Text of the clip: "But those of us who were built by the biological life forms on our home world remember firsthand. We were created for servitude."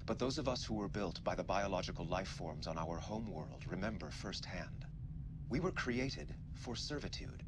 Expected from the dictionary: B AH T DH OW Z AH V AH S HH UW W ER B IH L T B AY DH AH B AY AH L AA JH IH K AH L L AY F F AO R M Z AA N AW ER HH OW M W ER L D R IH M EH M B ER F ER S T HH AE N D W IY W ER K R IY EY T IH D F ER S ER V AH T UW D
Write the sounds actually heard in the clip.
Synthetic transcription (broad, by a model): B AH T DH OW Z AH V AH S HH UW W ER B IH L T B AY DH AH B AY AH L AA JH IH K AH L L AY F F AO R M Z N AW ER HH OW M W ER L D R IH M EH M B ER F ER S T HH AE N D W IY W ER K R IY EY T IH D F ER S ER V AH T UW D